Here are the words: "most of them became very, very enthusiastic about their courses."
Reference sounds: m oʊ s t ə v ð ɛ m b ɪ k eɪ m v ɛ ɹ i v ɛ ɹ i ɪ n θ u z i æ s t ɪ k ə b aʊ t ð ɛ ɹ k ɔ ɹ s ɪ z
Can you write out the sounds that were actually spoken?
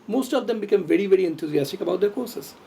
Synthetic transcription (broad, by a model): m oʊ s t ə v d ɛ m b ɪ k eɪ m v ɛ ɹ i v ɛ ɹ i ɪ n t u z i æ s t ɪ k ə b aʊ t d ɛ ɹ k ɔ ɹ s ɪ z